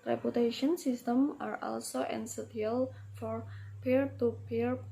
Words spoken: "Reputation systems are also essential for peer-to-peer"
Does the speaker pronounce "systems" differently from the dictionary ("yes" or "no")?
yes